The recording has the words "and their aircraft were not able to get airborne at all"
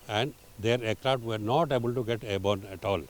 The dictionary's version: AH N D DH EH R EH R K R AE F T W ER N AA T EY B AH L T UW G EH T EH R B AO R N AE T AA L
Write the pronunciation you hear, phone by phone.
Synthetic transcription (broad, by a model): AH N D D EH R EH K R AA T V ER N AA T EY B AH L T UW G EH T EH B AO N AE T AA L